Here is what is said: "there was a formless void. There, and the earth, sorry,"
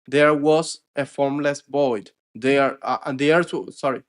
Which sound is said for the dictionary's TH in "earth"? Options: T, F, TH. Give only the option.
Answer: T